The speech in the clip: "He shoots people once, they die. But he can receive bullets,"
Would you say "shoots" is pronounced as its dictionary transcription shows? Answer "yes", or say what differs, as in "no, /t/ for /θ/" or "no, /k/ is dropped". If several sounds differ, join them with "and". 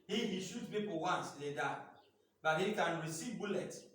no, /s/ is dropped